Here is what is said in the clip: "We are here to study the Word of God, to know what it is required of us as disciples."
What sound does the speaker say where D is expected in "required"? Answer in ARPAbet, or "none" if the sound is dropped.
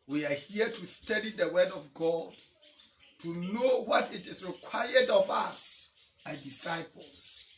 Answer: D